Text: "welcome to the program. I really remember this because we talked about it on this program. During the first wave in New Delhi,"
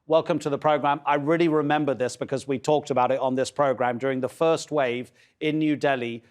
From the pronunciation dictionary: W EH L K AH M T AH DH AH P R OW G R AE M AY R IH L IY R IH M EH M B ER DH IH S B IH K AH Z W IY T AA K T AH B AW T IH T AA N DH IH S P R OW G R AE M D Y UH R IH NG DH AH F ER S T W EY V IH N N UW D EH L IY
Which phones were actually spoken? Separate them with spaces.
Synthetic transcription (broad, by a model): W EH L K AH M T AH DH AH P R OW G R AE M AY R IH L IY R IH M EH M B ER DH IH S B IH K AH Z W IY T AA K T AH B AW T IH T N DH IH S P R OW G R AE M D Y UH R IH NG DH AH F ER S T W EY V IH N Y UW D EH L IY